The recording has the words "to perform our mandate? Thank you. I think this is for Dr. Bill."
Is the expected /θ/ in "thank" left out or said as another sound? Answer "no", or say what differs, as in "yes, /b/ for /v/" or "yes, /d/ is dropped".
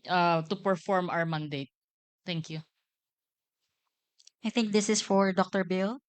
yes, /t/ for /θ/